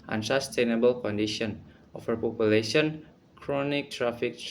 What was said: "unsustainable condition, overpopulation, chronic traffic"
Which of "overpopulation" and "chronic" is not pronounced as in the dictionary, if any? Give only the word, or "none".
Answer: overpopulation